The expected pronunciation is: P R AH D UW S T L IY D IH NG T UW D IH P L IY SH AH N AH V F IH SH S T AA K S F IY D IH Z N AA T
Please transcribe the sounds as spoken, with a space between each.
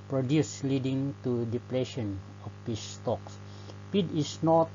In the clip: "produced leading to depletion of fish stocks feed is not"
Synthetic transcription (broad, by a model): P R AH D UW S L IY D IH NG T UW D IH P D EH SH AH N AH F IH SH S T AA K S P IY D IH S N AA T